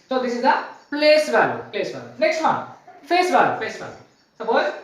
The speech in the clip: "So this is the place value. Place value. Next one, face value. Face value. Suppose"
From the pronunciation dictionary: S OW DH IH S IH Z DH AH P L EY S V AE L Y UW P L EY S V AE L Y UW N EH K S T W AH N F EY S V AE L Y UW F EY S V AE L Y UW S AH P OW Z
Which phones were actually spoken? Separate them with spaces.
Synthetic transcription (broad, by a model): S OW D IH S IH Z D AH P L EY S V AE L Y UW P L EY S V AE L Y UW N EH K S T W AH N F EY S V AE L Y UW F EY S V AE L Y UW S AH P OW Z